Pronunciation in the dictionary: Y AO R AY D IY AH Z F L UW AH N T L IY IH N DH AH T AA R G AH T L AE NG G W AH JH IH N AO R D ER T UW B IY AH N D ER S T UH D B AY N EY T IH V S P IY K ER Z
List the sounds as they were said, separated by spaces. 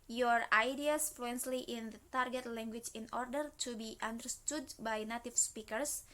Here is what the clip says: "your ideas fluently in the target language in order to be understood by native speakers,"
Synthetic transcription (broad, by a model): Y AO R AY D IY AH S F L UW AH N S L IY IH N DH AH T AA R G AH T L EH NG G W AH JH IH N AO R D ER T UW B IY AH N D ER S T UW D B AY N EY T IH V S P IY K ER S